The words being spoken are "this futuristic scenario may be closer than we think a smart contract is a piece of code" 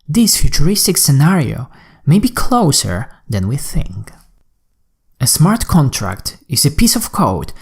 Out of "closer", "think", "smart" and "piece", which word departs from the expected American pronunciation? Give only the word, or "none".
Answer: none